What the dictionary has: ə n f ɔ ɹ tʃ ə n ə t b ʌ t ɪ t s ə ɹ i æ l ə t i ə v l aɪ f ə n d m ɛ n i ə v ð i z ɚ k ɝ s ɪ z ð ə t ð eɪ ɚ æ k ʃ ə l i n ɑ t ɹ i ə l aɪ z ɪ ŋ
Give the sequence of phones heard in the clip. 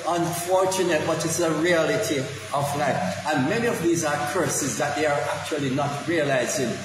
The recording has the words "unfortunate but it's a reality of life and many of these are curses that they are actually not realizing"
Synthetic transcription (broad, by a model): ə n f ɔ ɹ tʃ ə n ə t b ʌ t ɪ t s ə ɹ i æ l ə t i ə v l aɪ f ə n m ɛ n i ə v ð i z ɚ k ɝ s ɪ z ð ə t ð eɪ ɚ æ k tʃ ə l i n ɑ t ɹ i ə l aɪ z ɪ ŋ